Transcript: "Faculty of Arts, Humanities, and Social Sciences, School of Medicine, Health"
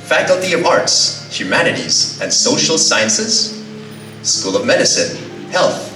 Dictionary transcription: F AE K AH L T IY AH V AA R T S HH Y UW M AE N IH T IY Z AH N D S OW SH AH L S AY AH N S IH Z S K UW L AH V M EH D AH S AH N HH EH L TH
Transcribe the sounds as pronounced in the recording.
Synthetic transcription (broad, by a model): F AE K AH L T IY AH V AA R T S HH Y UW M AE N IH T IY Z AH N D S OW SH L S AY AH N S IH Z S K UW L AH V M EH D AH S AH N HH EH L TH